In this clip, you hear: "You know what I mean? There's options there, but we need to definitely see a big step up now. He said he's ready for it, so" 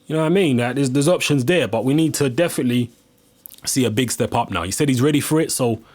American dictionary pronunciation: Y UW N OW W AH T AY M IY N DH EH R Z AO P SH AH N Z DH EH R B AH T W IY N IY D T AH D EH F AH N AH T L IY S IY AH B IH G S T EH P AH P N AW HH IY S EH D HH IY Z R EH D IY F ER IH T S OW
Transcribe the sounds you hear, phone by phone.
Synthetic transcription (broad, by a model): Y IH N OW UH AY M IY N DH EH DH Z AO P SH AH N Z DH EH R B AH T W IY N IY D T AH D EH F AH N AH T L IY S IY AH B IH G S T EH P AH P N AW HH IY S EH D HH IY Z R EH D IY F ER IH T S OW